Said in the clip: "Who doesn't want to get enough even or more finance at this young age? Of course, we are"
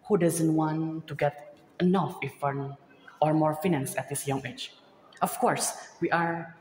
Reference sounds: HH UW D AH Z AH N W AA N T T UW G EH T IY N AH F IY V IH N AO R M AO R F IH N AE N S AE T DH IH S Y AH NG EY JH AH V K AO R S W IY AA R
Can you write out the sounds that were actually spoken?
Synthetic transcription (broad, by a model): HH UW D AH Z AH N W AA N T T UW G EH T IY N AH F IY F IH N AO R M AO R F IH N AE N S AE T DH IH S Y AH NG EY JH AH F K AO R S W IY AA R